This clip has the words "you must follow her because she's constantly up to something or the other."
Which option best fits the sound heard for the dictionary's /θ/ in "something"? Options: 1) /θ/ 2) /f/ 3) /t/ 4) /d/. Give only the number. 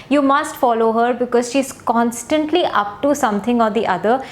3